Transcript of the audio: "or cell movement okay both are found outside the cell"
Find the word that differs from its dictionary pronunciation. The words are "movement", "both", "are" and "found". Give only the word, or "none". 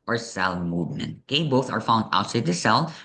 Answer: none